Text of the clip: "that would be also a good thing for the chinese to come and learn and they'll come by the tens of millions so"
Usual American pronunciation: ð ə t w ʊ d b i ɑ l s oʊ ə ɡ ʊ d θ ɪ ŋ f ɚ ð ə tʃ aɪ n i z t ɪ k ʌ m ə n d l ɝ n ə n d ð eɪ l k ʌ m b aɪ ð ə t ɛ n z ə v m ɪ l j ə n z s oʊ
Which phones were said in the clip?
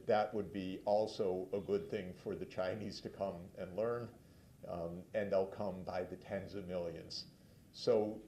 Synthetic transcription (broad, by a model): ð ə t w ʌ d b i ɑ l s oʊ ə ɡ ʊ d θ ɪ ŋ f ɚ ð ə tʃ aɪ n i z t ɪ k ʌ m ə n l ɝ n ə n ð eɪ l k ʌ m b aɪ ð ə t ɛ n z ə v m ɪ l j ə n z s oʊ